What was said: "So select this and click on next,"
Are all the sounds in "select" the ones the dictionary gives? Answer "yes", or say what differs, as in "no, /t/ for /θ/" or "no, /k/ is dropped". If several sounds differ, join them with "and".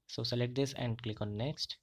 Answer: no, /k/ is dropped